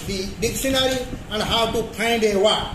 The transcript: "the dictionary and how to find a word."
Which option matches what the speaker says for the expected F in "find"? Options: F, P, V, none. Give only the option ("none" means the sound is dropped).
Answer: P